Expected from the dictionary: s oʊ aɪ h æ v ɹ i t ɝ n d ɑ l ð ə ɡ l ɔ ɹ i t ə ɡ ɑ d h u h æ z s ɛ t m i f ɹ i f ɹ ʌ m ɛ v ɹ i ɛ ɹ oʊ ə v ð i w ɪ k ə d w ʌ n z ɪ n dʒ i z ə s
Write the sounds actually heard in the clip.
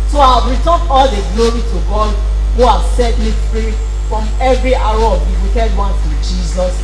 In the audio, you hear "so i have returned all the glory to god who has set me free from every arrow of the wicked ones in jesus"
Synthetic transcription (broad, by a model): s oʊ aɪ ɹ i t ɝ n ɑ l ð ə ɡ l ɔ ɹ i t ə ɡ ɑ d h u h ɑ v s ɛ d m i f ɹ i f ɹ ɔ m ɛ v ɹ i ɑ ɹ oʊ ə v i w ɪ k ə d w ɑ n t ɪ dʒ i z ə s